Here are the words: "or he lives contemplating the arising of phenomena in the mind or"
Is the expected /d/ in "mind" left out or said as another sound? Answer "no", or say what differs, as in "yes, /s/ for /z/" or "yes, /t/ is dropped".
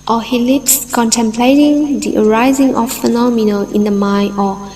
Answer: yes, /d/ is dropped